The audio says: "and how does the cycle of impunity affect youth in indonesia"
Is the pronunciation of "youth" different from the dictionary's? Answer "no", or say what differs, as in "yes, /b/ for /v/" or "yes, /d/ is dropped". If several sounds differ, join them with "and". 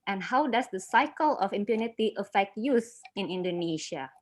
yes, /s/ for /θ/